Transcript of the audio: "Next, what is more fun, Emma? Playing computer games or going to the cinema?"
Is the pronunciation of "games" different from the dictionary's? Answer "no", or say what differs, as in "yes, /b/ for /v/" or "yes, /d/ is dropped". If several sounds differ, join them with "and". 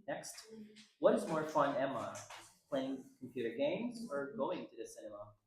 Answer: no